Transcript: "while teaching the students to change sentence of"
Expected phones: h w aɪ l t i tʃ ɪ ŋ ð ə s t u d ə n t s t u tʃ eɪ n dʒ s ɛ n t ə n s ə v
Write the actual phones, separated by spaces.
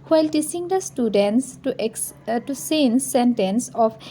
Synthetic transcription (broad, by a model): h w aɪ l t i s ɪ ŋ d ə s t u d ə n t s t u s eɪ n s ɛ n t ə n s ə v